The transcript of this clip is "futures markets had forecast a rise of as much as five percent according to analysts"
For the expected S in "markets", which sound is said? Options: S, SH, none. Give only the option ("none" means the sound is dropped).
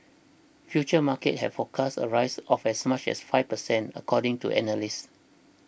none